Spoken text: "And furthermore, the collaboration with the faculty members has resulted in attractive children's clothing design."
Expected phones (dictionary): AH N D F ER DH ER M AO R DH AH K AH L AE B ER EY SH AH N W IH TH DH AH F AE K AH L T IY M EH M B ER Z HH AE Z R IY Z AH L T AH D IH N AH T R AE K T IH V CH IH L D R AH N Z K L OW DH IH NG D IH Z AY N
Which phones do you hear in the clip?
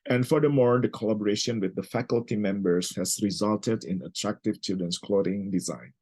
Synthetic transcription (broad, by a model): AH N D F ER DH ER M AO R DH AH K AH L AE B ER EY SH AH N W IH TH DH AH F AE K AH L T IY M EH M B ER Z HH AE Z R IY Z AH L T AH D IH N AH T R AE K T IH V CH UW D AH N S K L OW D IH NG D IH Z AY N